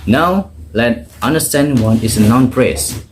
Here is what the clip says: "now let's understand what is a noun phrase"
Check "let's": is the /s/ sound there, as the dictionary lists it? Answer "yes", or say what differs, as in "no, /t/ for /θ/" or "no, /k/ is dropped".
no, /s/ is dropped